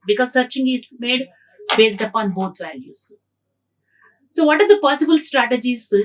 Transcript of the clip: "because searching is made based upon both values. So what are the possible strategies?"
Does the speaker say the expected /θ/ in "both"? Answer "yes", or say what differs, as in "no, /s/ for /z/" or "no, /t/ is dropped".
no, /t/ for /θ/